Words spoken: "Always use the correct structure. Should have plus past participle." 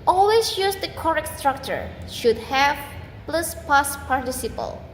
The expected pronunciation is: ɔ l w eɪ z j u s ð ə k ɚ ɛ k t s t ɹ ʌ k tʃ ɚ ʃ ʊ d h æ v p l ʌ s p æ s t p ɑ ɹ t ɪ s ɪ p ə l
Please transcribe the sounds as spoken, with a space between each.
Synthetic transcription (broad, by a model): ɔ l w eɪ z j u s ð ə k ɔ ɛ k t s t ɹ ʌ k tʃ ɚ ʃ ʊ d h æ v p l ʌ s p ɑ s p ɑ ɹ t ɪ s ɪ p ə l